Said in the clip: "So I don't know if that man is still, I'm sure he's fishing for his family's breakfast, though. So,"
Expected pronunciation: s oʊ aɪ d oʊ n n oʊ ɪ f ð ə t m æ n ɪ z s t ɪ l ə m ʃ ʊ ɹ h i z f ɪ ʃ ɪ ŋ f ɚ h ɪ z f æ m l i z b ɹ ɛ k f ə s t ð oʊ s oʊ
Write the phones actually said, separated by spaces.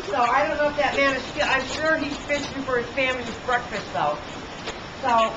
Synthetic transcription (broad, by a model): s oʊ aɪ d oʊ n n oʊ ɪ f ð ə t m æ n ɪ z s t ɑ ə m ʃ ʊ ɹ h i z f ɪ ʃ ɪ f ɚ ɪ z f æ m l i z b ɹ ɛ k f ə s t ð oʊ s oʊ